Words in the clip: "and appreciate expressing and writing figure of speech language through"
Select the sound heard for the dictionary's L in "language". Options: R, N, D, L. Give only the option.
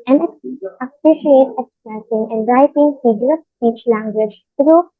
L